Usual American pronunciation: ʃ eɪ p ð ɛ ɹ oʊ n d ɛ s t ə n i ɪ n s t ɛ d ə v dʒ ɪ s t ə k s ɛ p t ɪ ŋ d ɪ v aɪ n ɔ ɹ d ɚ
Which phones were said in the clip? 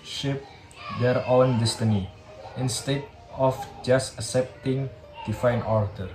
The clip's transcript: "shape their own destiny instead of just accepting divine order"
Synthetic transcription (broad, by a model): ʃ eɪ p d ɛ ɹ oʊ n d ɛ s t ə n i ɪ n s t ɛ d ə f dʒ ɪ s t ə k s ɛ p t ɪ ŋ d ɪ f aɪ n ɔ ɹ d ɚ